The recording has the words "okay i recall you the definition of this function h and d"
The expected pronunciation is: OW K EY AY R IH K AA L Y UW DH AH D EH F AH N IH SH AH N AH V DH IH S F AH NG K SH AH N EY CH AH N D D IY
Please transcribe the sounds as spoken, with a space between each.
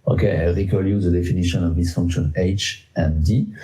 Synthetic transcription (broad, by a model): OW K EY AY R IH K AA L Y UW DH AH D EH F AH N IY SH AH N AH V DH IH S F AH NG K SH AH N EY CH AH N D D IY